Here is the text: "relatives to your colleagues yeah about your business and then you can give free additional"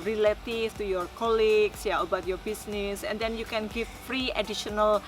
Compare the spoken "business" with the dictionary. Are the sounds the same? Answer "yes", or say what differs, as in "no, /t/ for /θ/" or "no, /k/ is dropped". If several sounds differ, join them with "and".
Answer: no, /s/ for /z/